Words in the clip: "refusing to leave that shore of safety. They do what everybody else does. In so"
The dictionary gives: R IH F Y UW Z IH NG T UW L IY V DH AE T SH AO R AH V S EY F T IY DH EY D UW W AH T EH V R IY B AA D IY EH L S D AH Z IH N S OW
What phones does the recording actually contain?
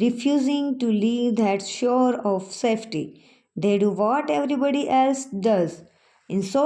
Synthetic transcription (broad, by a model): R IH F Y UW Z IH NG T UW L IY V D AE T SH AO R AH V S EY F T IY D EY D UW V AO T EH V R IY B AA D IY EH L S D AH Z IH N S OW